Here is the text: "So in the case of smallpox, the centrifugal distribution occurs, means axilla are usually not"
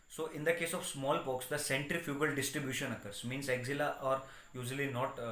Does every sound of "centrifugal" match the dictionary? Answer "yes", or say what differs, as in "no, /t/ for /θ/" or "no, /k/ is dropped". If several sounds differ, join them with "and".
yes